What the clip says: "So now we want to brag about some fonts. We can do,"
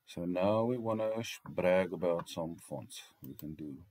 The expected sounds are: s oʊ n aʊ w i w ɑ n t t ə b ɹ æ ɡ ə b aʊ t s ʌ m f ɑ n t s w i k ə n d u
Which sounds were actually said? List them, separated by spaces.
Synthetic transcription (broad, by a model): s oʊ n aʊ w i w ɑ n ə b ɹ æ ɡ ə b aʊ t s ʌ m f ɑ n t s w i k ə n d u